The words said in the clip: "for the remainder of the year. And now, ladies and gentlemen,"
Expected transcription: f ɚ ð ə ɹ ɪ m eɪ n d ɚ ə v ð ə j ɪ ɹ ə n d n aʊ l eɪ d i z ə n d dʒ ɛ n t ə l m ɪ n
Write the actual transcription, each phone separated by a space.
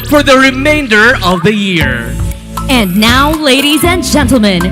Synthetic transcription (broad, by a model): f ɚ ð ə ɹ ɪ m eɪ n d ɚ ə v ð ə j ɪ ɹ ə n n aʊ l eɪ d i z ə n dʒ ɛ n t l m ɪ n